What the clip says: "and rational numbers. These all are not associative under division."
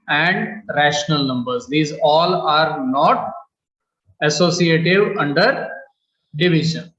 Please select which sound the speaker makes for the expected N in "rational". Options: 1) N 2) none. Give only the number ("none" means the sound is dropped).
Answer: 1